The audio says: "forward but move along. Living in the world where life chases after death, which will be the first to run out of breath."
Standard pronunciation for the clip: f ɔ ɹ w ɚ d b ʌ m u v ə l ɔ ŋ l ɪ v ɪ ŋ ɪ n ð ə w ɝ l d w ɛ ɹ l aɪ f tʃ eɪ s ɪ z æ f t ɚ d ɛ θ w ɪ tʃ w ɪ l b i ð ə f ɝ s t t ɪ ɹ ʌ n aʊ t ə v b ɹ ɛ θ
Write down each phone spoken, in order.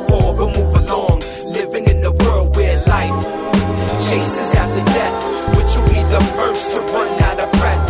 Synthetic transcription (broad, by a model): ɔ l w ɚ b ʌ m u v ə l ɔ ŋ l ɪ v ɪ ŋ ɪ n ð ə w ɝ l d w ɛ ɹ l aɪ f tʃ eɪ s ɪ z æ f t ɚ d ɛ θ w ɪ tʃ w ɪ l b i ð ə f ɝ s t t ɪ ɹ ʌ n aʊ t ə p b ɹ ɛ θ